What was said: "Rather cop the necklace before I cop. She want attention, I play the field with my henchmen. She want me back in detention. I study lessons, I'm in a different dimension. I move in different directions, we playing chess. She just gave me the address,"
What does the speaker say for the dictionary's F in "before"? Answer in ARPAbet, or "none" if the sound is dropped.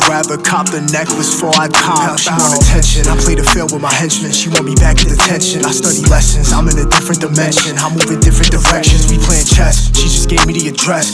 none